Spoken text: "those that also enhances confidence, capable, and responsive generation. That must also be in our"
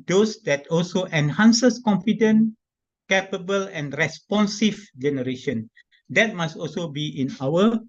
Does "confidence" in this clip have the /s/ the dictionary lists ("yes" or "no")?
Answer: no